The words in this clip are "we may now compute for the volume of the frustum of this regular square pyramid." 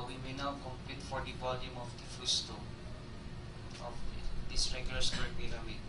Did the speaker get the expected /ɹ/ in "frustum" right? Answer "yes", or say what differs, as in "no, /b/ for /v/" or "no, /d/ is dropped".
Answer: no, /ɹ/ is dropped